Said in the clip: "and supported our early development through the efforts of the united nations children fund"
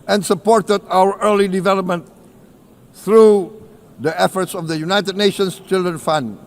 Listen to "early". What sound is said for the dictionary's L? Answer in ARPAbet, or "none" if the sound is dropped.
L